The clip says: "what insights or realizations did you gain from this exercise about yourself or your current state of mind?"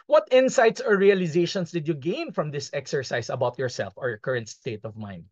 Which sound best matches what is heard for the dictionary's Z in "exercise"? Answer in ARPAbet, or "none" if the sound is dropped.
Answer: S